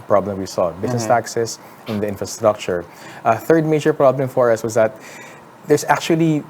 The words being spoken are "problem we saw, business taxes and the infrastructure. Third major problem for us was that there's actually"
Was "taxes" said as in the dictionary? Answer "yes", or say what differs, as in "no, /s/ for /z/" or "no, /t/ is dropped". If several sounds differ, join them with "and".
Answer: no, /s/ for /z/